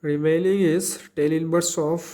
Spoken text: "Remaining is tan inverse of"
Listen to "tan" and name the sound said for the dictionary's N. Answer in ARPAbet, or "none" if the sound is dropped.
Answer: L